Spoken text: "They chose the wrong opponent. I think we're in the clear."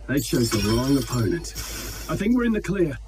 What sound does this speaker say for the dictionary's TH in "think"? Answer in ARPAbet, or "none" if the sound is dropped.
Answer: TH